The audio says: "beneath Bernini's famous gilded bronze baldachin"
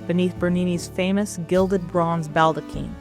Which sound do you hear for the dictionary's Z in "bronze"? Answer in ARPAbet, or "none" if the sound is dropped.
Z